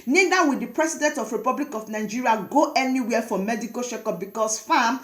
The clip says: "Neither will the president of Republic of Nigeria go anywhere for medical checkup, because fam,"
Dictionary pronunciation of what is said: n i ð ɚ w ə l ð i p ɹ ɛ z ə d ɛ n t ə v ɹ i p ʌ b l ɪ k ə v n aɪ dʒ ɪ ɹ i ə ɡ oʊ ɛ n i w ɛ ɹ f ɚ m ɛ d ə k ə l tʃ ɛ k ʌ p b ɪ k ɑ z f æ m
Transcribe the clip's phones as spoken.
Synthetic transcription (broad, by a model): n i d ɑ w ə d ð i p ɹ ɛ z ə d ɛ n t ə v ɹ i p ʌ b l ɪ k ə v n aɪ dʒ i ɹ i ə ɡ oʊ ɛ n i w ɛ f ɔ m ɛ d ə k ə l ʃ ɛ k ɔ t b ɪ k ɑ s f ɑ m